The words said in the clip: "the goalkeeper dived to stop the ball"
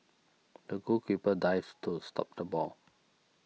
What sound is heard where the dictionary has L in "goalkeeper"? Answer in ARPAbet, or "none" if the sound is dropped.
none